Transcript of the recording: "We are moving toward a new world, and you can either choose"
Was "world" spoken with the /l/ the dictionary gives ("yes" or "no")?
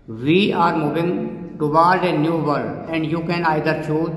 no